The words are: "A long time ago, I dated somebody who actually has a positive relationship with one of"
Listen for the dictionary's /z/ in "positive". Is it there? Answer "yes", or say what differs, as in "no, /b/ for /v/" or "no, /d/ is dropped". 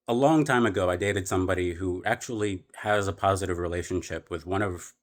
yes